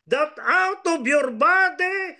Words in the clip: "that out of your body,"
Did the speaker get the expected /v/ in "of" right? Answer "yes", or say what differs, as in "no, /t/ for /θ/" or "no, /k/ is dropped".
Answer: no, /b/ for /v/